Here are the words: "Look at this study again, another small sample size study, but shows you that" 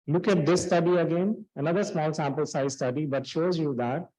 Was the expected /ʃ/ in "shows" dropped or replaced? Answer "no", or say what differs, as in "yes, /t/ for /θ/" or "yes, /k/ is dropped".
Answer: no